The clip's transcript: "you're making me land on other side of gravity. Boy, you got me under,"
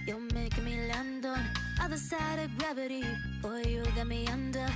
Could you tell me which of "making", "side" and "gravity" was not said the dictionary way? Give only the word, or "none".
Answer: making